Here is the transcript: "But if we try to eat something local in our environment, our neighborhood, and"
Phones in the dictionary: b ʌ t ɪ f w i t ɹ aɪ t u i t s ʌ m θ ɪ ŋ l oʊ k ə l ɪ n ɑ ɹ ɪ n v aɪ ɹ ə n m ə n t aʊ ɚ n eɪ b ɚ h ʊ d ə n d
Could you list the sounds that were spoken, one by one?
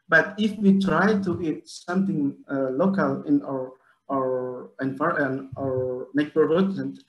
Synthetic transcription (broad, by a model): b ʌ t ɪ f w i t ɹ aɪ t u i t s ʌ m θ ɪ ŋ l oʊ k ə l ɪ n ɑ ɹ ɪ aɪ ɹ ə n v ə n aʊ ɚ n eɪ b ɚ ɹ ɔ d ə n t